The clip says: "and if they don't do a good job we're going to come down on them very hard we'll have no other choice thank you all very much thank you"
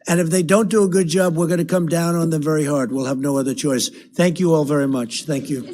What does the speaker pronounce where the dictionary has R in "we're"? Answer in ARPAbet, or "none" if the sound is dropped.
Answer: R